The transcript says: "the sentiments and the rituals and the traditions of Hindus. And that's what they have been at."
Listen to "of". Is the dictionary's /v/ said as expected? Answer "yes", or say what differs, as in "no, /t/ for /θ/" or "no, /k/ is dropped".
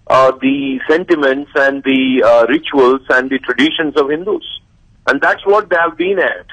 yes